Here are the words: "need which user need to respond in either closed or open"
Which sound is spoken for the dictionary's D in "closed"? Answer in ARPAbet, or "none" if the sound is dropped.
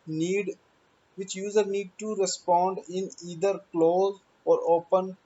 none